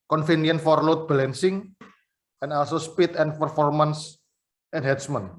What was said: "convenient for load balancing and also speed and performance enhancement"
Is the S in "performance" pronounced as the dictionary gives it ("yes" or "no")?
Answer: yes